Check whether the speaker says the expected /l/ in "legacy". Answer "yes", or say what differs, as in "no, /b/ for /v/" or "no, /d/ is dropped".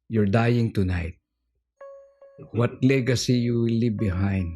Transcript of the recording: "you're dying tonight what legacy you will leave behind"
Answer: yes